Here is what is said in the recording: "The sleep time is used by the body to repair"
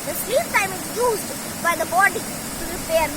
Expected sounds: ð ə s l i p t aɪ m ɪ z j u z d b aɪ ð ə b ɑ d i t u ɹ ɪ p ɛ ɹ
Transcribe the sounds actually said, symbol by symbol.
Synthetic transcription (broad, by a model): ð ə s i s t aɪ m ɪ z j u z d b aɪ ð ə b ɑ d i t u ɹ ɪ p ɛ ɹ